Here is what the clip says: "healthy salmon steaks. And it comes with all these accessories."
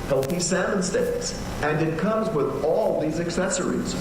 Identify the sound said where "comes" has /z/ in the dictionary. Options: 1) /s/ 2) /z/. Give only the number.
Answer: 2